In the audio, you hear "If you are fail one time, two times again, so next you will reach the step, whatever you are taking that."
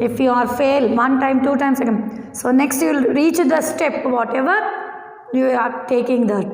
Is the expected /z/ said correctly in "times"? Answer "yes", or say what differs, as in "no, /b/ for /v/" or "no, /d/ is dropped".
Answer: no, /s/ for /z/